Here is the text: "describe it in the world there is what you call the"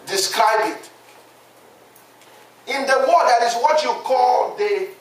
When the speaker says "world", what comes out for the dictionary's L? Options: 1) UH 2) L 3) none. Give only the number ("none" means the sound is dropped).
3